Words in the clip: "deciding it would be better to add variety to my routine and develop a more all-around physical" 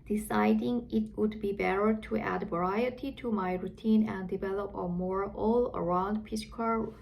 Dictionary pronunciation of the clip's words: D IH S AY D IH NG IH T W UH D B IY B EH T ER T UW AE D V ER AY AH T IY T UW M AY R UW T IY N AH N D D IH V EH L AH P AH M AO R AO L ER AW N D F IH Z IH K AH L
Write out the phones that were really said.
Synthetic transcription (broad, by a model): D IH S AY D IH NG IH T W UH D B IY B EH T ER T UW AE D V ER AY AH T IY T UW M AY R UW T IY N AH N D D IH V EH L AH P AH M AO R AO L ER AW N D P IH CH K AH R